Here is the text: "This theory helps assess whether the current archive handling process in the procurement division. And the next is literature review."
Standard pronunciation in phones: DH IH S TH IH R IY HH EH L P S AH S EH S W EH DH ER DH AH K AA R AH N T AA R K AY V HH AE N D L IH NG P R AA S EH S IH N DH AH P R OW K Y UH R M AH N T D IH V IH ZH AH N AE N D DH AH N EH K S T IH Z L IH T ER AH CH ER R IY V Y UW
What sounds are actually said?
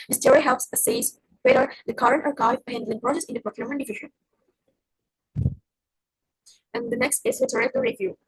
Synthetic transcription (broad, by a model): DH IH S T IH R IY HH EH L P S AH S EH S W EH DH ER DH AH K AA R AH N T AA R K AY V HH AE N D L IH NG P R AA S EH S IH N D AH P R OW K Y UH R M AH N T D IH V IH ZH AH N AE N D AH N EH K S T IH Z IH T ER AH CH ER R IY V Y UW